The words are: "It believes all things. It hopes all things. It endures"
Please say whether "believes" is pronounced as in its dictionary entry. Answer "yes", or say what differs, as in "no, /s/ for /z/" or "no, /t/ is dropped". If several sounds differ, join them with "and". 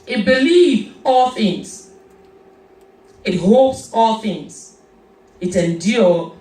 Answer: no, /z/ is dropped